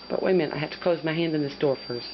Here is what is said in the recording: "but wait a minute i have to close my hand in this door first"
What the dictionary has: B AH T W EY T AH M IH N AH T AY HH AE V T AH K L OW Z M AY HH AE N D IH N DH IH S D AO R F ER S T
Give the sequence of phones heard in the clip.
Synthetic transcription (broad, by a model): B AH T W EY AH M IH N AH IH HH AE T AH K L OW Z M AY HH AE N D IH N DH IH S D AO R F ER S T